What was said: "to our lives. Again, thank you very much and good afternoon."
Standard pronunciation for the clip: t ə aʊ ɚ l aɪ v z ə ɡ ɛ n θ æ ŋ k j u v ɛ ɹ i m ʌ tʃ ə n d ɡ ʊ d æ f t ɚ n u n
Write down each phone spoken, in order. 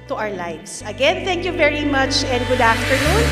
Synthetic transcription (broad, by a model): t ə aʊ ɚ l aɪ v s ə ɡ ɛ n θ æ ŋ k j u v ɛ ɹ i m ʌ tʃ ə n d ɡ ʊ d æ f t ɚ n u n